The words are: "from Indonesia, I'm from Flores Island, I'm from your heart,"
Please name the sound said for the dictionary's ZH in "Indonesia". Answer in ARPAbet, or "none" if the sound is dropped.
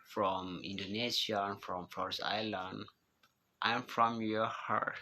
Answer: S